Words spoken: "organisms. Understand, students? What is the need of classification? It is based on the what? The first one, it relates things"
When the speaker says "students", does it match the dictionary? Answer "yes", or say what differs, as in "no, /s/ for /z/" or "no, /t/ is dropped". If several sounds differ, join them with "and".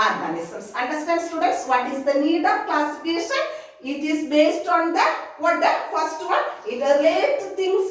yes